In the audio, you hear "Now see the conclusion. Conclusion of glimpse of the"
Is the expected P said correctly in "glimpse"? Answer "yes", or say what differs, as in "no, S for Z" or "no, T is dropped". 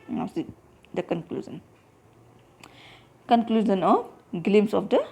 no, P is dropped